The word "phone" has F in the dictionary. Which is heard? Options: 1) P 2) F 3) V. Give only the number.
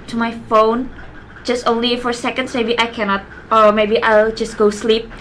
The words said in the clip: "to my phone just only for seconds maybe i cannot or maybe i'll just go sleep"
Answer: 2